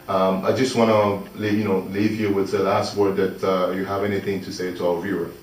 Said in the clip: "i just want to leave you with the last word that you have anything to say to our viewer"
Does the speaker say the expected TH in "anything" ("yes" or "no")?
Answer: yes